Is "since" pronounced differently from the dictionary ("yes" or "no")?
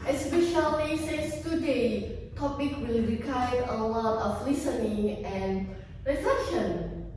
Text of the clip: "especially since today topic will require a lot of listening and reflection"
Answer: yes